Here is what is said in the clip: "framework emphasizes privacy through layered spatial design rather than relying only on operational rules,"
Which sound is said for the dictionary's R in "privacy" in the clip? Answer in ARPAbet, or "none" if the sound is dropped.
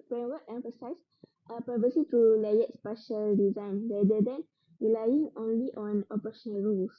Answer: none